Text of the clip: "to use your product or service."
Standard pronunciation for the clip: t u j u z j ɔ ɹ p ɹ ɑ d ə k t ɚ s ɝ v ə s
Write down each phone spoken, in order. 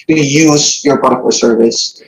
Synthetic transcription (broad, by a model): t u j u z j ɔ ɹ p ɑ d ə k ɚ s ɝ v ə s